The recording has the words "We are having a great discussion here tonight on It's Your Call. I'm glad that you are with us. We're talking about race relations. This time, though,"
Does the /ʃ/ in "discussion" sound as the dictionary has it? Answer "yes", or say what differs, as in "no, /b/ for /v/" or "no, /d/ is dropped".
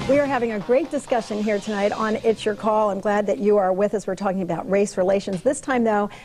yes